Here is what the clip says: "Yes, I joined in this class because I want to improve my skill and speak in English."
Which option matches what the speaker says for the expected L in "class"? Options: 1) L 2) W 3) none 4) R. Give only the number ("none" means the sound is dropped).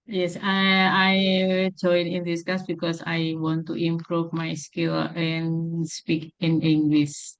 3